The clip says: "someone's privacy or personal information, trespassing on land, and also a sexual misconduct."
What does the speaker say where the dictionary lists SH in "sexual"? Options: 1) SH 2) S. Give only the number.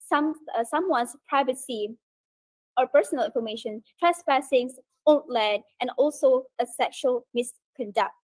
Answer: 1